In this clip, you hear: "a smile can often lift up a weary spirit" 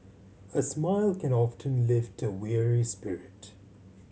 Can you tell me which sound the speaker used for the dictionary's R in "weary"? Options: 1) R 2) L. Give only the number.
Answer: 1